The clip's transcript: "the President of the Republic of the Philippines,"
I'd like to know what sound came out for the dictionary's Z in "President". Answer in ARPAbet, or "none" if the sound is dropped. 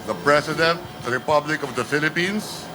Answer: S